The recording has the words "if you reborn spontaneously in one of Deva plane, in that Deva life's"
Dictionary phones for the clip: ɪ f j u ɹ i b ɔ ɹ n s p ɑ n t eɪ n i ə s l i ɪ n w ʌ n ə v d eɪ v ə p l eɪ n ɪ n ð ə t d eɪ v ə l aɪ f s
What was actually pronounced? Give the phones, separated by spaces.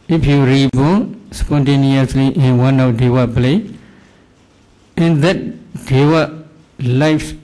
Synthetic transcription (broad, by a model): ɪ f j u ɹ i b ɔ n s p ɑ n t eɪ n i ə s l i ɪ n w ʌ n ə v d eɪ w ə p l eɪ ɪ n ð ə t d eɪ w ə l aɪ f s